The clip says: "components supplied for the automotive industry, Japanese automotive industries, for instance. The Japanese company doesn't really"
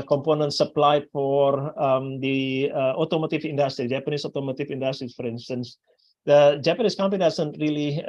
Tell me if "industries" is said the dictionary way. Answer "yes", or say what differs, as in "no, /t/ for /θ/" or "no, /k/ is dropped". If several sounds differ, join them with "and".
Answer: no, /z/ is dropped